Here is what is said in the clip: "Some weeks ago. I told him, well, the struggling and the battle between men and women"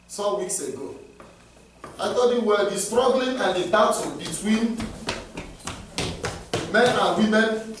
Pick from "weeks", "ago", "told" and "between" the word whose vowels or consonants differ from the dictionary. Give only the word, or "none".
told